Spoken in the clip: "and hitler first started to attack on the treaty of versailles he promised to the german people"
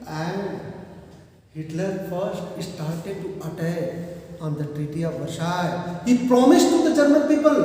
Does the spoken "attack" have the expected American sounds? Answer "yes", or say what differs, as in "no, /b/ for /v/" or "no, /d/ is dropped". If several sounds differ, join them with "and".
no, /k/ is dropped